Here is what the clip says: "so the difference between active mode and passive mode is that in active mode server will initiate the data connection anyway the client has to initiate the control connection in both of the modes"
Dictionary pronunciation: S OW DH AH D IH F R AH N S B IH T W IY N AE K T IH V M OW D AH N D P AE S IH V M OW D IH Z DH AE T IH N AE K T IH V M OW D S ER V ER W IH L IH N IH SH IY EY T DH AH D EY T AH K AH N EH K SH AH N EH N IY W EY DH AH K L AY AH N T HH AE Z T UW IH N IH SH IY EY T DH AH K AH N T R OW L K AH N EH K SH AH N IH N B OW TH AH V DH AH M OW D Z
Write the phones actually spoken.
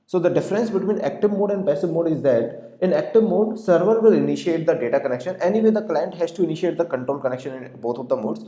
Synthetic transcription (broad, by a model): S OW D AH D IH F R AH N S B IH T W IY N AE K T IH V M OW D AH N D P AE S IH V M OW D IH Z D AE T IH N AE K T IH V M OW D S ER V ER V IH L IH N IH SH IY EY T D AH D EY T AH K AH N EH K SH AH N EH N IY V EY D AH K L AY AH N T HH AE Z T UW IH N IH SH IY EY T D AH K AH N T R OW L K AH N EH K SH AH N IH N B OW T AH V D AH M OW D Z